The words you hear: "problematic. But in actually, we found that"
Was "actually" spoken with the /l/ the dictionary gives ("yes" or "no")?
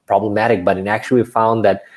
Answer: no